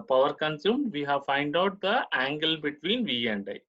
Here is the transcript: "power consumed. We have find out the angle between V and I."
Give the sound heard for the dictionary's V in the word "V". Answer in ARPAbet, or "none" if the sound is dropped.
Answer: V